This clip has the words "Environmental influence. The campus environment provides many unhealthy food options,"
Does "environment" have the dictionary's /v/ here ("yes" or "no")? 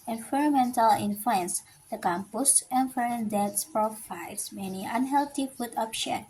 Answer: no